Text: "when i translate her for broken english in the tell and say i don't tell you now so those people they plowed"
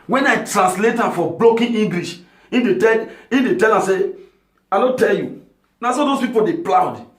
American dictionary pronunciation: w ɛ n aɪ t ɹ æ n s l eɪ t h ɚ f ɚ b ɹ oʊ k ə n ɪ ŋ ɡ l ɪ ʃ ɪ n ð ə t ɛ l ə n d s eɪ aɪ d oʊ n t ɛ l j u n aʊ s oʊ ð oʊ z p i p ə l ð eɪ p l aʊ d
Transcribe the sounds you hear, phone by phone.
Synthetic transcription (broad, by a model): w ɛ n aɪ t ɹ æ n s l eɪ t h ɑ f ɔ b l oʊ k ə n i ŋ ɡ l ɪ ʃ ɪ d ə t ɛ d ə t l s eɪ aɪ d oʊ t ɛ l j u n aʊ s oʊ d oʊ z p i p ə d eɪ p l aʊ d